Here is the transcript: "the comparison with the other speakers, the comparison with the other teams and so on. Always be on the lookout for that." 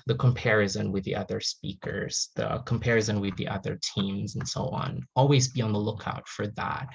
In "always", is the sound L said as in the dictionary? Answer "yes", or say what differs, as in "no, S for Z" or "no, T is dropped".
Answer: yes